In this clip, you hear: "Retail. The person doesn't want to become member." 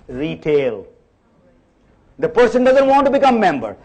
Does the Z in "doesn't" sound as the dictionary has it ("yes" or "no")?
yes